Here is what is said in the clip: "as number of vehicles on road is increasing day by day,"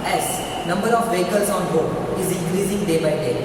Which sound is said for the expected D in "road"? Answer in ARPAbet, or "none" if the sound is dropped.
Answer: none